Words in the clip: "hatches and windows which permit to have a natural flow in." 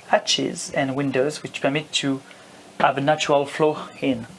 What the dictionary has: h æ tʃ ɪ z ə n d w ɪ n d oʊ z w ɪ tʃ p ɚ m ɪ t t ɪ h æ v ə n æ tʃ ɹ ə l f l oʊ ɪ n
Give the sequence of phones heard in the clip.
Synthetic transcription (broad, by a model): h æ tʃ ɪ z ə n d w ɪ n d oʊ z w ɪ tʃ p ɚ m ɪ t t ɪ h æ v ə n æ tʃ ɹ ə l f l oʊ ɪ n